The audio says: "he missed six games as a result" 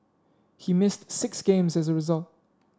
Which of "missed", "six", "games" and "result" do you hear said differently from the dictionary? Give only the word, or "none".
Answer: none